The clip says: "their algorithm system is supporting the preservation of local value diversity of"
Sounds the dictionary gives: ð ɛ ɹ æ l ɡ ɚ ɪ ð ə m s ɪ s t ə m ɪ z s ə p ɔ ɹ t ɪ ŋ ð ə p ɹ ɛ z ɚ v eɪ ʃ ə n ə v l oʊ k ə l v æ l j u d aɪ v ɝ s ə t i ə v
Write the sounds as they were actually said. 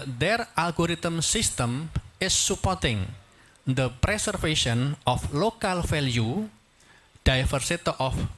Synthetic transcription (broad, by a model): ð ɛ ɹ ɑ l ɡ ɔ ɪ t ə m s ɪ s t ə m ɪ s ə p ɔ ɹ t ɪ ŋ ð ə p ɹ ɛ s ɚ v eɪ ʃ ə n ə f l oʊ k ə l f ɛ l j u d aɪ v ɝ s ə t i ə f